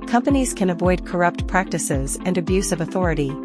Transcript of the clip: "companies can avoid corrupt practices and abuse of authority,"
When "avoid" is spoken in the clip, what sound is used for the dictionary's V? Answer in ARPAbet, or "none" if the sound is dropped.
V